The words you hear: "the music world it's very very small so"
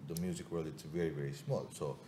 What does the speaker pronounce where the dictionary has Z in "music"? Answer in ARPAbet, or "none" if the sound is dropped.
Z